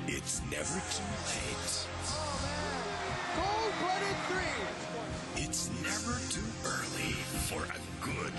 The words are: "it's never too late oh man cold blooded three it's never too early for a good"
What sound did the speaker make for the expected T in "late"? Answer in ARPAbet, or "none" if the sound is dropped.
none